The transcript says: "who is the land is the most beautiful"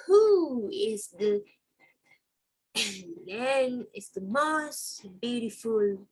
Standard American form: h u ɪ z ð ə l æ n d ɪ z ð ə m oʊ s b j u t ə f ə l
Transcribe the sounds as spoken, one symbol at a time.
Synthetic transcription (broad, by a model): h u ɪ z ð ə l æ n ɪ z ð ə m oʊ s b j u t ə f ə l